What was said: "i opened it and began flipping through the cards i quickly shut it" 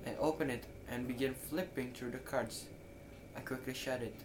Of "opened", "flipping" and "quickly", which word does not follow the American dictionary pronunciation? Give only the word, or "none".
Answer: opened